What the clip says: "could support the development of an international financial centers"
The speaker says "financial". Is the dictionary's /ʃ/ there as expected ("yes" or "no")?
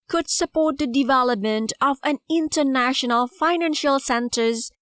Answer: yes